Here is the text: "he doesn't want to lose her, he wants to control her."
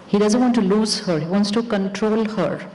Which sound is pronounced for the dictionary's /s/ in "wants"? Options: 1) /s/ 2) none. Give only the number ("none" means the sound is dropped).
1